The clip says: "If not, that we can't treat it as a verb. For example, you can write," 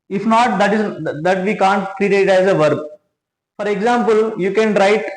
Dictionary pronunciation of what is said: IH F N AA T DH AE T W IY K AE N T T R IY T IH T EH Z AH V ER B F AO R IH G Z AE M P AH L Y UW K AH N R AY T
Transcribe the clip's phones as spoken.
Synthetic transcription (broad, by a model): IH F N AA T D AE T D IY K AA N T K R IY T IH T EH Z AH V ER B F AO R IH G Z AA M P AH L Y UW K AH N R AY T